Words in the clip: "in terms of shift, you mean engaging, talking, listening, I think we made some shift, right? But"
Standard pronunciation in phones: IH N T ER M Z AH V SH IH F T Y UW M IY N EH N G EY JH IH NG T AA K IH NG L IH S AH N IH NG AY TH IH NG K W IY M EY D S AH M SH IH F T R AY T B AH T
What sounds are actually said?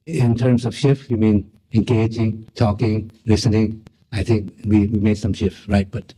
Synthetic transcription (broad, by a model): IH N T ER M S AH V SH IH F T Y UW M IY N EH N G EY JH IH NG T AA K IH NG L IH S AH N IH NG AY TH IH NG K W IY M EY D S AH M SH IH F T R AY T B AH T